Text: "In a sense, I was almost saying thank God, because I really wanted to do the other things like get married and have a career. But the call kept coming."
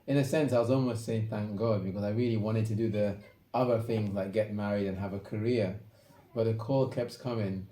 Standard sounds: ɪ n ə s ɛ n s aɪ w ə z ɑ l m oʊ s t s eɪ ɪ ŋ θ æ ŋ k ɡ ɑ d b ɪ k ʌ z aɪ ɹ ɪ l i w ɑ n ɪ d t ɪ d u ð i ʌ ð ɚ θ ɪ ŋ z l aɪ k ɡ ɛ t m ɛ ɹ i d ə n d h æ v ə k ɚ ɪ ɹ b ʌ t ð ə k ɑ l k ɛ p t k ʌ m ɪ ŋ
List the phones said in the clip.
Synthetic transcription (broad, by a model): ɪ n ə s ɛ n s aɪ w ə z ɑ l m oʊ s t s eɪ ɪ ŋ θ æ ŋ k ɡ ɑ d b ɪ k ʌ z aɪ ɹ ɪ l i w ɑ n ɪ d t ɪ d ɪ ð i ʌ ð ɚ θ ɪ ŋ z l aɪ k ɡ ɛ t m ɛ ɹ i d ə n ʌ v ə k ɚ ɪ ɹ b ʌ t ð ə k ɑ l k ɛ p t k ʌ m ɪ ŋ